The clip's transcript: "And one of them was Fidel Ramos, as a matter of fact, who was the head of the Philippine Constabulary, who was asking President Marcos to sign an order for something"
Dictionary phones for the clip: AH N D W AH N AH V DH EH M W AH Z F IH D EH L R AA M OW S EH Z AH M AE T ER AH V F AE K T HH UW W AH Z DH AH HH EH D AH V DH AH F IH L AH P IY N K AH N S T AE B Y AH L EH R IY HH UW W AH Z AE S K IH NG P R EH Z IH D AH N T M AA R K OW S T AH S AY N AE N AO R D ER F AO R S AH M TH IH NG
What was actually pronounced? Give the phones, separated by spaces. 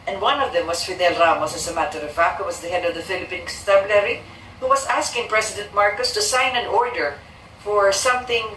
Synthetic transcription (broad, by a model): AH N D W AH N AH V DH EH M W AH S F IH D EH L R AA M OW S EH S AH M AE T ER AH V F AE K HH UW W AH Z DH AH HH EH D AH V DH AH F IH L AH P IY N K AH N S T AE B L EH R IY HH UW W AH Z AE S K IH NG P R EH S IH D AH N T M AA R K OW S T AH S AY N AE N AO R D ER F AO R S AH M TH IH NG